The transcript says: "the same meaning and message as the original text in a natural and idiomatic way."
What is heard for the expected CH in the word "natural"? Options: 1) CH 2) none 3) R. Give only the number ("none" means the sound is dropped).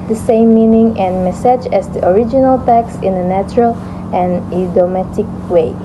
1